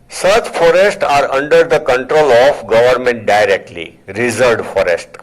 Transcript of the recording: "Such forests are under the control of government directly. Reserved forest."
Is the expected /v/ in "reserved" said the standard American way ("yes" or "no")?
no